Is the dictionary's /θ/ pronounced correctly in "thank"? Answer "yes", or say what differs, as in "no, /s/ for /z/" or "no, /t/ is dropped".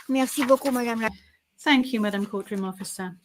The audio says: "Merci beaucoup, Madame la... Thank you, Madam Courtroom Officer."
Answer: yes